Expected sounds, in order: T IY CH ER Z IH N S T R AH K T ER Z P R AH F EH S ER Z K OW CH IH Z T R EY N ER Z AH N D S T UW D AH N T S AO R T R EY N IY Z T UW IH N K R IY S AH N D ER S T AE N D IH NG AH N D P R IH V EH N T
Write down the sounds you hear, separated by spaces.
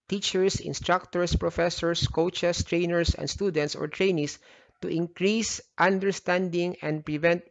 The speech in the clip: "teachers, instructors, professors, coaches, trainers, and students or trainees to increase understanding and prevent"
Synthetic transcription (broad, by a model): T IY CH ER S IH N S T R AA K T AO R P R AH F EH S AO S K OW CH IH S T R EY N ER S AH N D S T UW D AH N T S AO R T R EY N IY S T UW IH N K R IY S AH N D ER S T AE N D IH NG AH N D P R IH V EH N T